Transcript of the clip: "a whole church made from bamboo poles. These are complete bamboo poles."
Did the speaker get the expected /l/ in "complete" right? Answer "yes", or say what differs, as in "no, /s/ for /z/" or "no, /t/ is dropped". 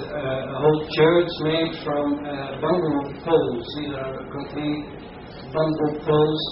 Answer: no, /n/ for /l/